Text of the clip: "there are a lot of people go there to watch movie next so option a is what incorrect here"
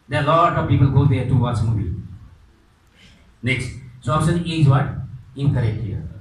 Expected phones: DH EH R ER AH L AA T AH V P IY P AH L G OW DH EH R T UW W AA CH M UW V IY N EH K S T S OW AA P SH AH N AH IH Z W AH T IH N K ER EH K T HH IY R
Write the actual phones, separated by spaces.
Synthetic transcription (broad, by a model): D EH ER AH L AA T AH V P IY P AH L G OW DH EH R T UW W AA S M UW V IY N EH K S T S OW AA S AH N AH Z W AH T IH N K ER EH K T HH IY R